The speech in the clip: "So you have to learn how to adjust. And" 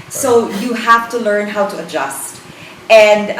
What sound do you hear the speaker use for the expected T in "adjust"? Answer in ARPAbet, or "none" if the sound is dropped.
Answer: T